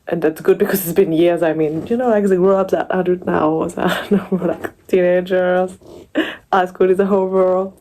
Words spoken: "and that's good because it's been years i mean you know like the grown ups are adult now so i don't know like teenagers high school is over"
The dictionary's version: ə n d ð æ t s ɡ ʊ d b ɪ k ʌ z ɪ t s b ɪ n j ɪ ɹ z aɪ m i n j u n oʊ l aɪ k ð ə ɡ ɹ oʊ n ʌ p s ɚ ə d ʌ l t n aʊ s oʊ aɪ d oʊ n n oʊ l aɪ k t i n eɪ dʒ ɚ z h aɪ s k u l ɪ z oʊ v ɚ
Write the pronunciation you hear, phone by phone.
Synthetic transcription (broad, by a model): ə n ð æ t s ɡ ʊ d b ɪ k ʌ z ɪ t s b ɪ n j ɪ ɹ z aɪ m i n j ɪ n oʊ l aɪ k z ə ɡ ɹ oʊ ʌ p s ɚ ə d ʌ t n aʊ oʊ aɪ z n n oʊ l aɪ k t i n eɪ dʒ ɚ z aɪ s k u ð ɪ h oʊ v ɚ